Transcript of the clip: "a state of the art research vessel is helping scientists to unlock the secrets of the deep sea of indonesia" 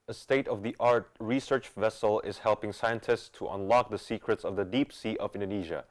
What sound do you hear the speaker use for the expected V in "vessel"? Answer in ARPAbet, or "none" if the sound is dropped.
V